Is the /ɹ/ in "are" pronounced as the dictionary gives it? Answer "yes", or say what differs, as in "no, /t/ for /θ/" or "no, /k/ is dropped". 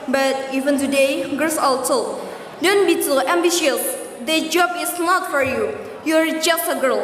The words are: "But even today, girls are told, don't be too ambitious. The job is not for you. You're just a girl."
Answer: no, /l/ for /ɹ/